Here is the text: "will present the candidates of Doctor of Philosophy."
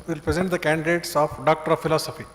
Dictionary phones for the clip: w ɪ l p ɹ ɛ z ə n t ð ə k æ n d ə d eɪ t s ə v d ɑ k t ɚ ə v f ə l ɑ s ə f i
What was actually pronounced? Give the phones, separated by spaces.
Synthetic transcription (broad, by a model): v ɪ l p ɹ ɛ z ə n t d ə k æ n d ə d eɪ t s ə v d ɑ k t ɚ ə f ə l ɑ s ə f i